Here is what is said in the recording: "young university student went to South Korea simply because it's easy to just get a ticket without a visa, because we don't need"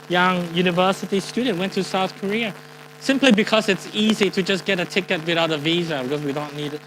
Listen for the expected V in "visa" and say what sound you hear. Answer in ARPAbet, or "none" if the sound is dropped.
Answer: V